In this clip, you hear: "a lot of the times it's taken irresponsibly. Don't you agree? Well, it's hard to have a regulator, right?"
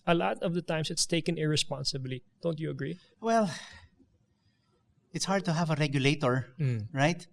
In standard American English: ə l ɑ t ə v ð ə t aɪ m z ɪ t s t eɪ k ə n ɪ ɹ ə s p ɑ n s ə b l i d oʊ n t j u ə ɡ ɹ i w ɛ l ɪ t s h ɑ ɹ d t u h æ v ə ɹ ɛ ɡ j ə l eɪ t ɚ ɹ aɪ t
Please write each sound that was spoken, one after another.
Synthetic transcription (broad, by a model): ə l ɑ t ə v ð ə t aɪ m s ɪ t s t eɪ k ə n ɪ ɹ ə s p ɑ n s ə b l i d oʊ n t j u ə ɡ ɹ i w ɛ l ɪ t s h ɑ ɹ d t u h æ v ə ɹ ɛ ɡ j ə l eɪ t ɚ ɹ aɪ t